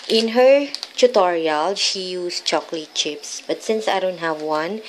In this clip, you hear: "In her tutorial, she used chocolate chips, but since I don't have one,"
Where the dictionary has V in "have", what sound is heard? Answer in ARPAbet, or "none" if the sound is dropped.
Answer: V